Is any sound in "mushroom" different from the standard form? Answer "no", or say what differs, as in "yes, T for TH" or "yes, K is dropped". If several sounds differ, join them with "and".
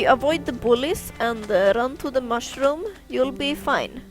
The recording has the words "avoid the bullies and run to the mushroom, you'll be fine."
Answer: no